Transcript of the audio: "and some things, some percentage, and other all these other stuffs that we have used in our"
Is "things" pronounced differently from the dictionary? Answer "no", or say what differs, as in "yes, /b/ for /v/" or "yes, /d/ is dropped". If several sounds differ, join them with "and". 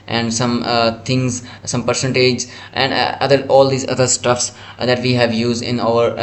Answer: yes, /t/ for /θ/